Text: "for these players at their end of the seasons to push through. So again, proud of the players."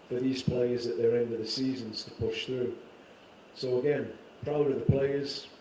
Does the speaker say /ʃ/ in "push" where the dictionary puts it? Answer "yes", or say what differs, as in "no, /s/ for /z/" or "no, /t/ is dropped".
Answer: yes